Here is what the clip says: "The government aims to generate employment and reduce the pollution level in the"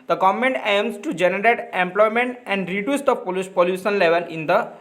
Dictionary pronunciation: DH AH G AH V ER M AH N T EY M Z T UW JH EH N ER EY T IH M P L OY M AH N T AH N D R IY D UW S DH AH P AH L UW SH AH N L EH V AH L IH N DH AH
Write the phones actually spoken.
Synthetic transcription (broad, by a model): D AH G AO M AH N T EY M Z T UW JH EH N ER EY T IH M P L OY M AH N T AH N D R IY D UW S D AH P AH L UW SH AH N L EH V AH L IH N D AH